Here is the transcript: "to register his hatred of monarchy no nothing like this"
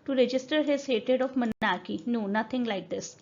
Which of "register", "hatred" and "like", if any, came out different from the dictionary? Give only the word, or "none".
hatred